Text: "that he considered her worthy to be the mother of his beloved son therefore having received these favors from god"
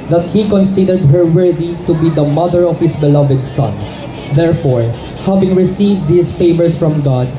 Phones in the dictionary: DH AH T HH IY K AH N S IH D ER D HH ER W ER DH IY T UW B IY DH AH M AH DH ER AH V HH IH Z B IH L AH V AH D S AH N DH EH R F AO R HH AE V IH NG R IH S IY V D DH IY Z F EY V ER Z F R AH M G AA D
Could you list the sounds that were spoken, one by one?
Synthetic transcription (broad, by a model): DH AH T HH IY K AH N S IH D ER D HH ER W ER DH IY T UW B IY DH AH M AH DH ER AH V HH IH S B IH L AH V AH D S AH N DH EH R F AO R HH AE V IH NG R IH S IY V D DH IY S F EY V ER S F R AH M G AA D